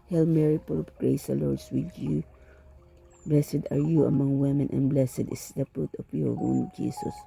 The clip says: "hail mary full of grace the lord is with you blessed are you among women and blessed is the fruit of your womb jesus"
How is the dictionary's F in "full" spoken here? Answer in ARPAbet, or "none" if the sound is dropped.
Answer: P